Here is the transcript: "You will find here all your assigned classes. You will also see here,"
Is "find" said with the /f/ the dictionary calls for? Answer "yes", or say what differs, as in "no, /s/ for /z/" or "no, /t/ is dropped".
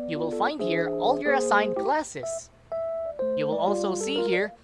yes